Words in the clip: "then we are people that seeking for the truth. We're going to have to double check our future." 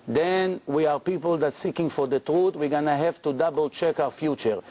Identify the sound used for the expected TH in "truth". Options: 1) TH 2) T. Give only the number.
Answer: 2